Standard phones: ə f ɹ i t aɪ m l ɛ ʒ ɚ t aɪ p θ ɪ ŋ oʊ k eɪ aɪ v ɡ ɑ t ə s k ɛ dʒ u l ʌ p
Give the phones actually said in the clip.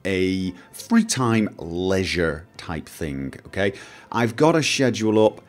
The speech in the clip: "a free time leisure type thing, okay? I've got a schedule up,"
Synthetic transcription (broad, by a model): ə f ɹ i t aɪ m l ɛ ʒ ɚ t aɪ p θ ɪ ŋ oʊ k eɪ aɪ v ɡ ɑ t ə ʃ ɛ dʒ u l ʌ p